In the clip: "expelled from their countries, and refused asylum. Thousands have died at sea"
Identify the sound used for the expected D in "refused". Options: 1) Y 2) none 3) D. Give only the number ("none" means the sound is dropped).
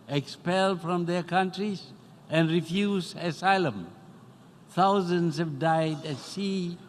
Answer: 2